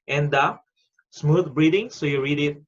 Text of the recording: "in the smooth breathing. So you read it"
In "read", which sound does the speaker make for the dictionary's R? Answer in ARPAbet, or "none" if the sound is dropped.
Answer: R